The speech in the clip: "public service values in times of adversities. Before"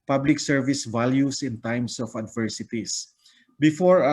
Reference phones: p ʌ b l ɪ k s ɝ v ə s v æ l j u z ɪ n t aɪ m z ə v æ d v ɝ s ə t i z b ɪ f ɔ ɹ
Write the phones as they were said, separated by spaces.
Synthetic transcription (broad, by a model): p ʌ b l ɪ k s ɝ v ə s v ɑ l j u s ɪ n t aɪ m s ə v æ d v ɝ s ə t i s b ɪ f ɔ ɹ